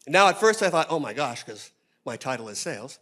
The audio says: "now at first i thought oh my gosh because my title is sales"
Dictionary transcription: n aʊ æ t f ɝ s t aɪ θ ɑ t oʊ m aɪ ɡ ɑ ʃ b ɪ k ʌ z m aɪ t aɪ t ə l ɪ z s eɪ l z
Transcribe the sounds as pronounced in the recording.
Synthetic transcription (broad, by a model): n aʊ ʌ t f ɝ s t aɪ θ ɑ t oʊ m aɪ ɡ ɑ ʃ k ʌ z m aɪ t aɪ t l ɪ z s eɪ l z